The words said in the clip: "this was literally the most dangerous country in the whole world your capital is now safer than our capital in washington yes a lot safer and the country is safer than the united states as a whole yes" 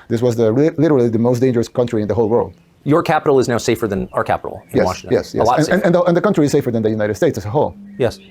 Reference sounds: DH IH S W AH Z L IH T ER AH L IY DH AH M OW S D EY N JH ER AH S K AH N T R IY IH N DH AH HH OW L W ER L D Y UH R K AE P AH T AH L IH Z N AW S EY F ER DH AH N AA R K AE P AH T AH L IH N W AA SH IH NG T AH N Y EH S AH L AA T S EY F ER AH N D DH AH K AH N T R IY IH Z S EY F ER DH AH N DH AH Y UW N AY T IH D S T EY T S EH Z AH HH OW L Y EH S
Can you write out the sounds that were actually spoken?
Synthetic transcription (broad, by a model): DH IH S W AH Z L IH T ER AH L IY DH AH M OW S D EY N JH ER AH S K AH N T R IY IH N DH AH HH OW L W ER L D Y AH R K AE P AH T L IH Z N AW S EY F ER DH AH N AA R K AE P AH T L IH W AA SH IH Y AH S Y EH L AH N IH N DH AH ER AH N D DH AH K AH N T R IY IH Z S EY F ER DH AH N DH AH Y UW N AY T IH D S T EY T S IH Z AH HH OW L Y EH S